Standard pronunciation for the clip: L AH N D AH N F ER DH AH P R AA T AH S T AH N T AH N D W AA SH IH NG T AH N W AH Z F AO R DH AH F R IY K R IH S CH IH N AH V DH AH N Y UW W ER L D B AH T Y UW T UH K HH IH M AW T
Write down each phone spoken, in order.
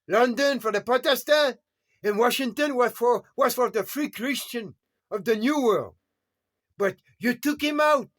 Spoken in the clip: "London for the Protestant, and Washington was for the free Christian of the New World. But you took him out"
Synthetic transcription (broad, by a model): L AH N D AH N F ER DH AH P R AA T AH S T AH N AH N W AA SH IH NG T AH N W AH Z F AO R DH AH F R IY K R IH S CH IH N AH V DH AH N Y UW W ER L D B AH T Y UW T UH K HH IH M AW T